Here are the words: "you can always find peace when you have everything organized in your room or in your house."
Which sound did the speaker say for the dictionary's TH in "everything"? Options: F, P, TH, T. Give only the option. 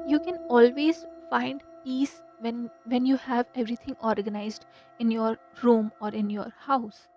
T